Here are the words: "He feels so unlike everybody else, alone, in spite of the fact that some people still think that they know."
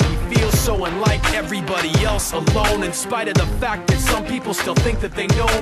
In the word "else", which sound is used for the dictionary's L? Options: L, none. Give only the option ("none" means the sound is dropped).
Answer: L